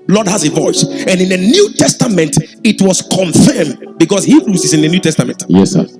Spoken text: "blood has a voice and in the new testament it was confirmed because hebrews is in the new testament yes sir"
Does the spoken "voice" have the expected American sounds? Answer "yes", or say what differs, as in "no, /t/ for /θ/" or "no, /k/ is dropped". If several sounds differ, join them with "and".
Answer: yes